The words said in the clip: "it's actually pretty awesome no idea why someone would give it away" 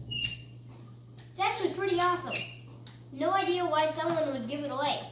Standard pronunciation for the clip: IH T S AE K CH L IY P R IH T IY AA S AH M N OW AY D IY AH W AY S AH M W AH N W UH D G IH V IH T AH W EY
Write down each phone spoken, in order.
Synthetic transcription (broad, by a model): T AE CH W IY P R IH T IY AA S AH M N OW AY D IY AH W AY S AH M W AH N W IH D G IH V IH T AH W EY